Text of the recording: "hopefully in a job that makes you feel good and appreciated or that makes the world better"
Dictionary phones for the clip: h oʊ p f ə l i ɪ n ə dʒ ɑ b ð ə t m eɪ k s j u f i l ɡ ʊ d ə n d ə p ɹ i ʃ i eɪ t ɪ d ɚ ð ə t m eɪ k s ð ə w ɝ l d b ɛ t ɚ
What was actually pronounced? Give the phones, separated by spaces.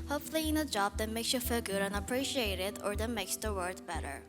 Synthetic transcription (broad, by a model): h oʊ p f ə l i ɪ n ə dʒ ɑ b ð ə t m eɪ k s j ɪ f i l ɡ ʊ d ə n ə p ɹ i ʃ i eɪ t ɪ d ɚ ð ə t m eɪ k s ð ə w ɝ d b ɛ t ɚ